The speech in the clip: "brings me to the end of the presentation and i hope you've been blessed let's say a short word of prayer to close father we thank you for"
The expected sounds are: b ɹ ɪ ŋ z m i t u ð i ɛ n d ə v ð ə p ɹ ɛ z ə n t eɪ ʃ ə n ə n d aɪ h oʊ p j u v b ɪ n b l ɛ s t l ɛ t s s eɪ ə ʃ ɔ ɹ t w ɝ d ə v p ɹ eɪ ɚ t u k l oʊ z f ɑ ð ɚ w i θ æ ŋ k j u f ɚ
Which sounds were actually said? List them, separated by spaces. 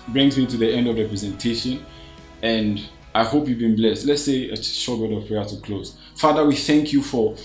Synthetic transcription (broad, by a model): b ɹ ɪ ŋ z m i t u ð i ɛ n d ə v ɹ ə p ɹ ɛ z ə n t eɪ ʃ ə n ə n d aɪ h oʊ p j u v b ɪ n b l ɛ s t l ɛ t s s eɪ ə ʃ ɔ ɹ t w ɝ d ə v p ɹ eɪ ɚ t u k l oʊ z f ɑ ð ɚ w i θ æ ŋ k j u f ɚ